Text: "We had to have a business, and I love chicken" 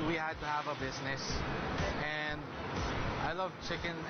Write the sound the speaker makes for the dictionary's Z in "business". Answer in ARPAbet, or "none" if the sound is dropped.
Z